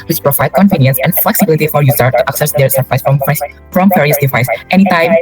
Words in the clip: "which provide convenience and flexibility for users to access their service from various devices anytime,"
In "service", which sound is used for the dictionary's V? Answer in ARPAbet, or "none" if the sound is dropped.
F